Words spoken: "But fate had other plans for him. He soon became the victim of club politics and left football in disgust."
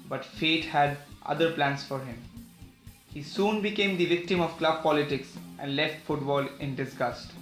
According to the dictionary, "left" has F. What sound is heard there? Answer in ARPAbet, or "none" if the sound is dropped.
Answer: F